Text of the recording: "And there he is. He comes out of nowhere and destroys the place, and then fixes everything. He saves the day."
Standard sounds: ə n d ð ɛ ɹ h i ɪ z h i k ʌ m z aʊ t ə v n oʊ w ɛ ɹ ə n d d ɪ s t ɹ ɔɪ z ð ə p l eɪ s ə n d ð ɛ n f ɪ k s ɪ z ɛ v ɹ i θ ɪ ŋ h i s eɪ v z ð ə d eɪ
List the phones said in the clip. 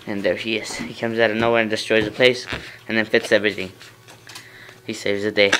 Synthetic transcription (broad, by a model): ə n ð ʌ ɹ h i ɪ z h i k ʌ m z aʊ t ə n oʊ w ɛ ɹ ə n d d ɪ s t ɹ ɔɪ z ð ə p l eɪ s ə n ð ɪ n f ɪ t s ɛ v ɹ i θ ɪ ŋ h i s eɪ v z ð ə d eɪ